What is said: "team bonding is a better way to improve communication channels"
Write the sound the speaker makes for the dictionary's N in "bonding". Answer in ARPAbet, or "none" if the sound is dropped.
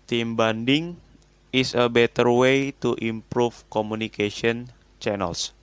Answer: N